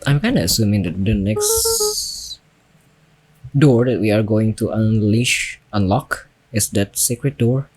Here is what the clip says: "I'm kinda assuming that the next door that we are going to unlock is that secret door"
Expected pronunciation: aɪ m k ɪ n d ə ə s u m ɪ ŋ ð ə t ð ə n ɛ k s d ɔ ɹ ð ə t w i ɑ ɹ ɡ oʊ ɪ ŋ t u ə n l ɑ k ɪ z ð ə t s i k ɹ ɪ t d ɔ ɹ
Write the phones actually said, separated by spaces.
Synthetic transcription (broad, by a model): aɪ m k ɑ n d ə ə s u m ɪ ŋ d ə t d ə n ɛ k s d ɔ ɹ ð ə t w i ɑ ɹ ɡ oʊ ɪ ŋ t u ə n l ɑ k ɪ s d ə t s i k ɹ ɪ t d ɔ ɹ